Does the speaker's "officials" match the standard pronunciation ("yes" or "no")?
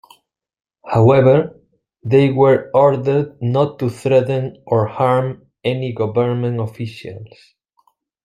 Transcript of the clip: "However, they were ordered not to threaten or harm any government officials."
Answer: no